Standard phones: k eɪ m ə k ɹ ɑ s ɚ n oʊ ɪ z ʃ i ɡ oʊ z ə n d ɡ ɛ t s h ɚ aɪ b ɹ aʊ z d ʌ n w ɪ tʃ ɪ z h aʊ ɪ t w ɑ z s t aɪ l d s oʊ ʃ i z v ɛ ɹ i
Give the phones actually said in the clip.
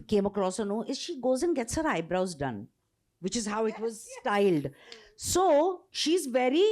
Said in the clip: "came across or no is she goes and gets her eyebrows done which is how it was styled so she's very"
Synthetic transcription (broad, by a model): k eɪ m ə k ɹ ɑ s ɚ n oʊ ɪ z ʃ i ɡ oʊ z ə n ɡ ɛ t s h ɚ aɪ b ɹ aʊ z d ʌ n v ɪ tʃ ɪ z h aʊ ɪ t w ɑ z s t aɪ l d s oʊ ʃ i z v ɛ ɹ i